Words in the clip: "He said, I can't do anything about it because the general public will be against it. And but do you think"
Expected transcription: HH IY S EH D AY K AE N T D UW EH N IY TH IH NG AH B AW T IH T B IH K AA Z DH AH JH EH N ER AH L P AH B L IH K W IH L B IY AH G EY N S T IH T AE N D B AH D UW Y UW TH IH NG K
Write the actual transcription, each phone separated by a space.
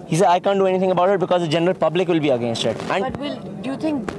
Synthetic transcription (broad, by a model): HH IY S EH D AY K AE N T D UW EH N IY T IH NG AH B AW T IH T B IH K AA Z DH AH JH EH N ER AH L P AH B L IH K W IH L B IY AH G EY N S T IH T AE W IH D Y UW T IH NG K